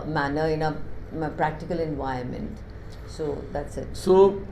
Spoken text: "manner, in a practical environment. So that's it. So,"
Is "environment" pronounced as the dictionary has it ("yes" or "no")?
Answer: no